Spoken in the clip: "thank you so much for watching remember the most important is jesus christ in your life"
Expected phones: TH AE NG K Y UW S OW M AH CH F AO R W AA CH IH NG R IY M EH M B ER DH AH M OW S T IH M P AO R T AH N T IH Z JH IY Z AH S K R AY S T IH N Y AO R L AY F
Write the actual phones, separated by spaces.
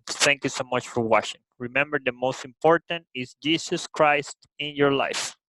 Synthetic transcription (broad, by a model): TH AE NG K Y UW S OW M AH CH F AO R W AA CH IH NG R IY M EH M B ER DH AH M OW S T IH M P AO R T AH N T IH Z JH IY S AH S K R AY S T IH N Y AO R L AY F